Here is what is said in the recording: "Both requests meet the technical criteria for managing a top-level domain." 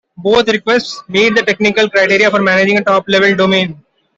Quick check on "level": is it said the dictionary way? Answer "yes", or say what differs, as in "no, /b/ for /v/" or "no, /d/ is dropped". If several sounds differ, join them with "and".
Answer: yes